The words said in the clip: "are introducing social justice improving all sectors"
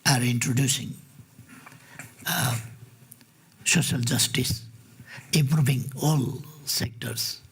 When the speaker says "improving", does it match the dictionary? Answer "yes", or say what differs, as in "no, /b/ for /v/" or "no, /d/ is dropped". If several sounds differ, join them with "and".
no, /b/ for /v/